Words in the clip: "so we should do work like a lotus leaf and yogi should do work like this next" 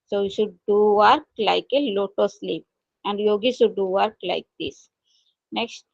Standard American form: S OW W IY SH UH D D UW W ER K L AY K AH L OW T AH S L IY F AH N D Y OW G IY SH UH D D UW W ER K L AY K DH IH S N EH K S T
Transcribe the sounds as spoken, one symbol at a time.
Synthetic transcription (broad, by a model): S OW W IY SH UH D D UW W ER K L AY K AH L OW T AH S L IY P AH N D Y OW G IY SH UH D D UW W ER K L AY K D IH S N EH K S T